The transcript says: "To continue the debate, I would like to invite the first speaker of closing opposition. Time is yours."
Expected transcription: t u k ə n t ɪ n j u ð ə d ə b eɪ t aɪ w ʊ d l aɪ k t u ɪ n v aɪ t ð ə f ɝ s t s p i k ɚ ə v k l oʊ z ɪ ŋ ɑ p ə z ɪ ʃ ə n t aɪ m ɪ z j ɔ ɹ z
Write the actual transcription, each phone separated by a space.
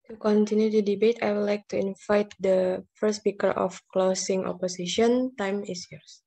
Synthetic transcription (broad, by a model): t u k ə n t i n j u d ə d ə b eɪ t aɪ w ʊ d l aɪ k t u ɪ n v aɪ t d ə f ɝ t s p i k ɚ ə f k l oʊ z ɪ ŋ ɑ p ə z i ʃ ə n t aɪ m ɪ s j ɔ ɹ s